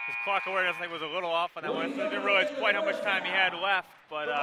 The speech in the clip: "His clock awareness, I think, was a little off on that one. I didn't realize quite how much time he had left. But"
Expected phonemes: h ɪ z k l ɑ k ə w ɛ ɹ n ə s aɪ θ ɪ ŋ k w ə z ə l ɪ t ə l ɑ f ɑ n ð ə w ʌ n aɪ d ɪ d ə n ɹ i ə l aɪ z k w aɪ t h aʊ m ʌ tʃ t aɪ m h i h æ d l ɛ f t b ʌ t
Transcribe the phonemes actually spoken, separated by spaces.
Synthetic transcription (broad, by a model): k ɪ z k l ɑ k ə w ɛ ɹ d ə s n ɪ k w ə z ə l ɪ t l ɑ f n ð ə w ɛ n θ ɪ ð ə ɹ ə ʊ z k w aɪ t h aʊ m ʌ tʃ t aɪ m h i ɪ d l ɛ f t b ʌ t